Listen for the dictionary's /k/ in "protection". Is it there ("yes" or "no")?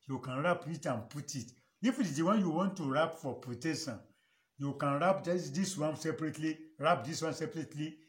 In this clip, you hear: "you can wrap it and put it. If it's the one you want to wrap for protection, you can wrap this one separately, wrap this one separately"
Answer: no